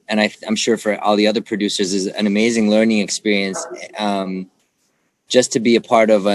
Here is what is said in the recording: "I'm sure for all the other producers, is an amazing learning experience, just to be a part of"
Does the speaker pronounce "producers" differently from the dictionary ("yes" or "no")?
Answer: no